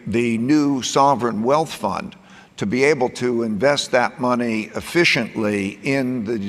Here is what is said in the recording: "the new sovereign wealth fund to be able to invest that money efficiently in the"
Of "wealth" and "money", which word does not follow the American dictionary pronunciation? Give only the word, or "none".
none